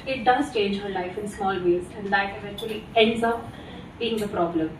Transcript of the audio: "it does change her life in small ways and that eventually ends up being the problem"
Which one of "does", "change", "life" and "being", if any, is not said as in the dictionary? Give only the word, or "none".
none